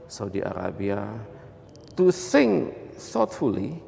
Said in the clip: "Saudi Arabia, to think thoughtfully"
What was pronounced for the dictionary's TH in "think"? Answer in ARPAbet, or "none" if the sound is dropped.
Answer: S